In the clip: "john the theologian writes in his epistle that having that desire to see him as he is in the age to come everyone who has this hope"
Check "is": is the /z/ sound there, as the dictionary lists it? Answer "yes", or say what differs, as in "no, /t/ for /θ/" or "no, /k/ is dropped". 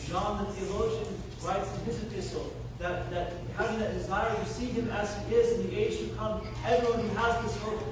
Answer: yes